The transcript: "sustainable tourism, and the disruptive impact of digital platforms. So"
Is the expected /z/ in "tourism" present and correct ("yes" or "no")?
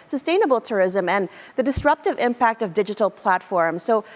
yes